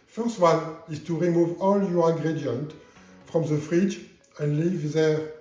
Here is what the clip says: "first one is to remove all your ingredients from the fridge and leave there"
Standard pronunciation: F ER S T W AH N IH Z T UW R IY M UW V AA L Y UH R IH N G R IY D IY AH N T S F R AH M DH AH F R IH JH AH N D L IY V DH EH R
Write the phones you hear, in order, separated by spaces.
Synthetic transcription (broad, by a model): F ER S T W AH N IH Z T UW R IY M UW V AA L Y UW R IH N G R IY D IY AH N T F R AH M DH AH F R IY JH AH N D L IY V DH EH